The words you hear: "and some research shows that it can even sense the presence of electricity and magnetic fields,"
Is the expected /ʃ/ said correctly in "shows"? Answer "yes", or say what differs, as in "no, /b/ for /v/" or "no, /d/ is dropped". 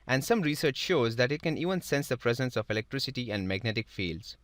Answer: yes